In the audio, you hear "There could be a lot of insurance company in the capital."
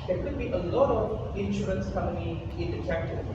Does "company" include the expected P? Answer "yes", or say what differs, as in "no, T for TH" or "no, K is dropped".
no, P is dropped